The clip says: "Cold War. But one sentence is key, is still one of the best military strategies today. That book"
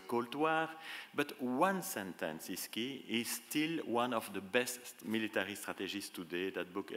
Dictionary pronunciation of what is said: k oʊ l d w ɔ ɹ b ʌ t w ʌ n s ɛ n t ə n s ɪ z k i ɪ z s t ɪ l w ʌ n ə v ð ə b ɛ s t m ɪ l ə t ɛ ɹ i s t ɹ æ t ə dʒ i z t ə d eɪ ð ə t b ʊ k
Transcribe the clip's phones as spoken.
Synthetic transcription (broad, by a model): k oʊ l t w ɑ ɹ b ʌ t w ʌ n s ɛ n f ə n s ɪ s k i ɪ z s t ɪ l w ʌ n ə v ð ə b ɛ s t m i l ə t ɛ ɹ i s t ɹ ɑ t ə ʒ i s t ə d eɪ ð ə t b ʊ k